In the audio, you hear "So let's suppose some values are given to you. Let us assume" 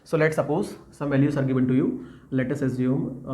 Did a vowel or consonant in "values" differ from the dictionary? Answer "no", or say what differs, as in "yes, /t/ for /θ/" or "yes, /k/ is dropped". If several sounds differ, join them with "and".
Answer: yes, /s/ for /z/